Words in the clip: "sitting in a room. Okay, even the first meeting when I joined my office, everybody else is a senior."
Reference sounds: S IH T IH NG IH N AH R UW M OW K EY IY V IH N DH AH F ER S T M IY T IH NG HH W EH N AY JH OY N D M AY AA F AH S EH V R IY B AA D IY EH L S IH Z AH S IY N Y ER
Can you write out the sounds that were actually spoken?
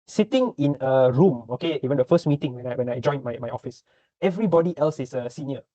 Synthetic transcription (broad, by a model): S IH T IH NG IH N AH R UW M OW K EY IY W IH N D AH F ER S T M IY T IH NG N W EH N AY JH OY N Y M AY AA F AH S EH V R IY B AA D IY EH L S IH S AH S IY N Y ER